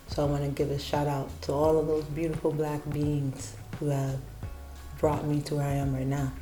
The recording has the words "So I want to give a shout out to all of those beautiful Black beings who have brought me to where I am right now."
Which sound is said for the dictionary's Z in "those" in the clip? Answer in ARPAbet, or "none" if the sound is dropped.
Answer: Z